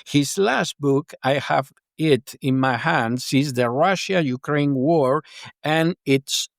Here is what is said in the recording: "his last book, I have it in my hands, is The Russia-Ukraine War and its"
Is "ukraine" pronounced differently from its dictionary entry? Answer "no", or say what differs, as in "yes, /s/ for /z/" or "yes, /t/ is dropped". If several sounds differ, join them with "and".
no